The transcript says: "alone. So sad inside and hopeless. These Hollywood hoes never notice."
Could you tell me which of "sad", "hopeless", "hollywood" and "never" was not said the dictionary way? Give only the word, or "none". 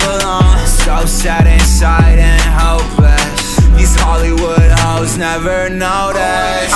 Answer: hopeless